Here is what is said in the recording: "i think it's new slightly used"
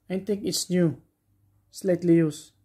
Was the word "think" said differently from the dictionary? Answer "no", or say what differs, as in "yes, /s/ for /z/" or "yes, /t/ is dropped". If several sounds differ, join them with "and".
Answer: yes, /t/ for /θ/